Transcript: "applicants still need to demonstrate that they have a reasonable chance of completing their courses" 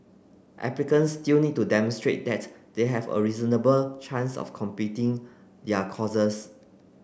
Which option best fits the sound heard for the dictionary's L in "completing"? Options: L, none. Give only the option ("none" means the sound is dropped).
none